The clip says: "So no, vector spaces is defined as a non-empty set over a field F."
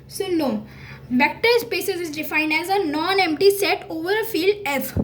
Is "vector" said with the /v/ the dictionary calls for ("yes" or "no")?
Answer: no